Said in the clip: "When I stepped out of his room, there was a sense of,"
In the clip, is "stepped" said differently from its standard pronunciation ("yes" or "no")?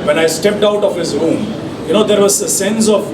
no